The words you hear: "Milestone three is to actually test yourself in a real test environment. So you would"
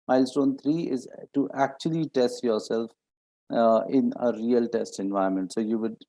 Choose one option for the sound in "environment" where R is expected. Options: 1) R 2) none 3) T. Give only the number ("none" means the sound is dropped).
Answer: 2